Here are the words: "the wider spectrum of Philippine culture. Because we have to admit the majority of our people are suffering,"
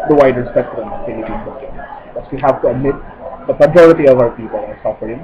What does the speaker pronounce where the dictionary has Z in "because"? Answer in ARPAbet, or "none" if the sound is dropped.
S